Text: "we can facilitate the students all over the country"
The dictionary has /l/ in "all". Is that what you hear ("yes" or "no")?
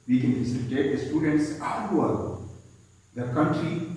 no